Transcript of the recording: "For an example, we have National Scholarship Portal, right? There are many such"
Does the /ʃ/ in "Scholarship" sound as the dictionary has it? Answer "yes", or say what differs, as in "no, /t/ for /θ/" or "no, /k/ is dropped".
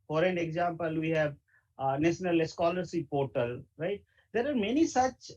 no, /s/ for /ʃ/